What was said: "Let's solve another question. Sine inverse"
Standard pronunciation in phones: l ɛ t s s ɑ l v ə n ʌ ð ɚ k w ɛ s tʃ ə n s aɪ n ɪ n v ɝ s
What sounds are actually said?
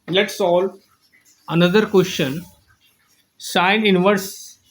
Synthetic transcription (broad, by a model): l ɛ t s s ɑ l ə n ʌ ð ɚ k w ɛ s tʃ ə n s aɪ n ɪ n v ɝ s